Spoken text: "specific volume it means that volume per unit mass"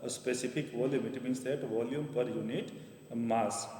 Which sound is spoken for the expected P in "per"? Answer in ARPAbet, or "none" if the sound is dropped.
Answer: P